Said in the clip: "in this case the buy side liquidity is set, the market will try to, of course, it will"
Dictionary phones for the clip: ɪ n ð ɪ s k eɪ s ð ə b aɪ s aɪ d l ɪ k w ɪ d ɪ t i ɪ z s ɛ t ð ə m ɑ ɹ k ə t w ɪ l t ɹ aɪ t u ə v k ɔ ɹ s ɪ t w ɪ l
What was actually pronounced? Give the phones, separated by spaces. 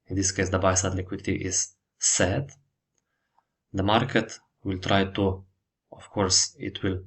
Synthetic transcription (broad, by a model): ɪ n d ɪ s k eɪ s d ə b aɪ s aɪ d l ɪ k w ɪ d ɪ t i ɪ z s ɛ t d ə m ɑ ɹ k ə t w ɪ l t ɹ aɪ t u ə f k ɔ ɹ s ɪ t w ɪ l